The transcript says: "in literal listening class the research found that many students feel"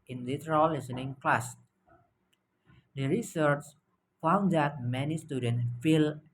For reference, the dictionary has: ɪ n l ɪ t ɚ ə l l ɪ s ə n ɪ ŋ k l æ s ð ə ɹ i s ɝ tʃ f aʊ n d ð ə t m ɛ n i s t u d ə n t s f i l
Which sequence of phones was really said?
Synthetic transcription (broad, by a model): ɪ n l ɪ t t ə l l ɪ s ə n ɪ ŋ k l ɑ s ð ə ɹ i s ɝ tʃ f aʊ n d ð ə t m ɛ n i s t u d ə n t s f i l